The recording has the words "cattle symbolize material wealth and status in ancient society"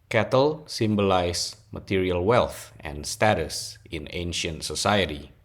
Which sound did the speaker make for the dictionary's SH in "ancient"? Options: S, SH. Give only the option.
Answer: SH